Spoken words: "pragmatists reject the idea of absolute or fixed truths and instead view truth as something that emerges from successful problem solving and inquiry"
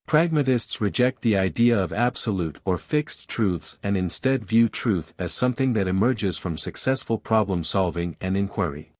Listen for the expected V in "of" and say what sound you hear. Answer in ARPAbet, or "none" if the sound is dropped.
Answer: V